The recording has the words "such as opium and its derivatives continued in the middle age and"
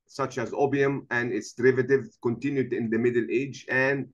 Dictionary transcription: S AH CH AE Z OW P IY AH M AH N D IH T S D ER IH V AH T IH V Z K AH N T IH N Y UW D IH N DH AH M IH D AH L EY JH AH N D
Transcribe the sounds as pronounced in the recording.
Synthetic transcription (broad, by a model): S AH CH AE Z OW B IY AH M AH N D IH T S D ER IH V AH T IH V K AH N T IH N Y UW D IH N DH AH M IH D AH L EY JH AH N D